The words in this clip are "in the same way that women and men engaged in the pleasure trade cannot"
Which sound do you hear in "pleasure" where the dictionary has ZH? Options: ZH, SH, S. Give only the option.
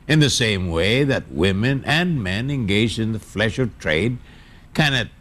SH